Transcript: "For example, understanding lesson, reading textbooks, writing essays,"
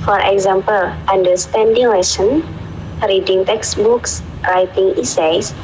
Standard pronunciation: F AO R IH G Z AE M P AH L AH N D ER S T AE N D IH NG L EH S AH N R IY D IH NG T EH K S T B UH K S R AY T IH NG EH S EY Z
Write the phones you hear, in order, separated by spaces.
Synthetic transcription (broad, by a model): F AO R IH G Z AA M P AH L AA N D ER S T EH N D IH NG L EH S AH N R IY D IH NG T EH K S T B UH K S R AY T IH NG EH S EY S